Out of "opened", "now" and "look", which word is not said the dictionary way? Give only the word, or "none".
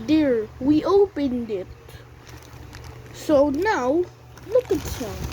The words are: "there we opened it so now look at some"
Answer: none